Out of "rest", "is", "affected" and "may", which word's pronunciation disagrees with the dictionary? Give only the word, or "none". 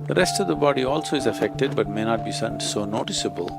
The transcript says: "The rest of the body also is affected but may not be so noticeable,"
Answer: none